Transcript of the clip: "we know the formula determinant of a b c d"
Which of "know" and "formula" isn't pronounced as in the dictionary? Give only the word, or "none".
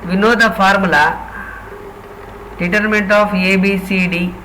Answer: formula